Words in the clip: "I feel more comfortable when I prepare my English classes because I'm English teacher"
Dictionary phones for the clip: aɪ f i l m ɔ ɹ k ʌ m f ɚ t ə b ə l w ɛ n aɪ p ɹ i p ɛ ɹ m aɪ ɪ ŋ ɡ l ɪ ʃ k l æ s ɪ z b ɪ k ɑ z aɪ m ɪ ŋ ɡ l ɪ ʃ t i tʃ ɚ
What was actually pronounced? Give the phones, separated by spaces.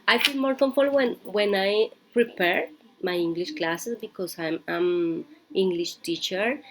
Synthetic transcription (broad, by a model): aɪ f i l m ɔ ɹ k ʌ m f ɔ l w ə n w ɛ n aɪ p ɹ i p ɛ ɹ m aɪ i ŋ ɡ l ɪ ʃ k l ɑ s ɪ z b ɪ k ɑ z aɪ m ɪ ŋ ɡ l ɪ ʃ t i tʃ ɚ